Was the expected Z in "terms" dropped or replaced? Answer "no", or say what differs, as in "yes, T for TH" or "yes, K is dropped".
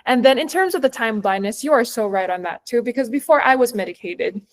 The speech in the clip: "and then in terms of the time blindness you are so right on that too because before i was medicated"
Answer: no